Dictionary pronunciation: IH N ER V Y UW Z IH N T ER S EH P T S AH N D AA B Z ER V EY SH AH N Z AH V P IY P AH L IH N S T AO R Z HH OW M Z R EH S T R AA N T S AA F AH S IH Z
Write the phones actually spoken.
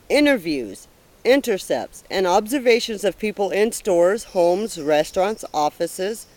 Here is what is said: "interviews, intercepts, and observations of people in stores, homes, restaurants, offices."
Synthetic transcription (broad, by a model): IH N ER V Y UW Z IH N T ER S EH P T S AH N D AA B Z ER V EY SH AH N Z AH V P IY P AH L IH N S T AO R Z HH OW M Z R EH S T R AA N T S AA F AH S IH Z